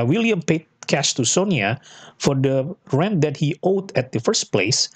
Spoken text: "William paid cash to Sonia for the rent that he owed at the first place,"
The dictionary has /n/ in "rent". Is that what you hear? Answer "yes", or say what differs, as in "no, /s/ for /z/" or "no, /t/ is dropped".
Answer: yes